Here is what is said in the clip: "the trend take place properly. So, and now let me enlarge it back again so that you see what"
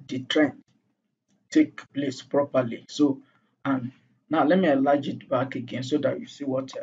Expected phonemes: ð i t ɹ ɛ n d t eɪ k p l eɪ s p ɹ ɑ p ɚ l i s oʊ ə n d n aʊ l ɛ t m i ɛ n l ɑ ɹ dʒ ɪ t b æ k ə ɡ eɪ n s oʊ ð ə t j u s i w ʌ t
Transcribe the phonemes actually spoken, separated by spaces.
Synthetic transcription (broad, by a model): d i t ɹ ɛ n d t eɪ k p l eɪ s p ɹ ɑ p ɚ l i s oʊ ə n n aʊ l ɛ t m i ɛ l ɑ dʒ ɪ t b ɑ k ə ɡ eɪ n s oʊ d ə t j u s i w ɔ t